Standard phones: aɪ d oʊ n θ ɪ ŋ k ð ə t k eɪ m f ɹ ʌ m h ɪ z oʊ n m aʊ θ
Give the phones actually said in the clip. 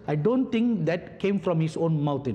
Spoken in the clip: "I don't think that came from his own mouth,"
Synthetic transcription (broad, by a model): aɪ d oʊ n t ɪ ŋ k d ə t k eɪ m f ɹ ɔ m h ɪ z oʊ n m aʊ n